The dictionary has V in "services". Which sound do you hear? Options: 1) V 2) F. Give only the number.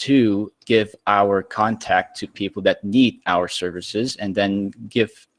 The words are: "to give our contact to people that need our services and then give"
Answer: 1